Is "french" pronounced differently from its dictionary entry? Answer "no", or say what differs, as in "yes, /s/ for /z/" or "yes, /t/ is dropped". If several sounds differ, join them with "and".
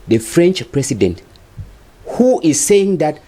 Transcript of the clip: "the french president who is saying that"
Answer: no